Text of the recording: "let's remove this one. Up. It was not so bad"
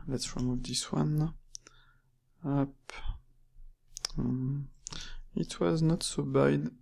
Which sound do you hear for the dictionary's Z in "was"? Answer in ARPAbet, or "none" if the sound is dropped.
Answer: Z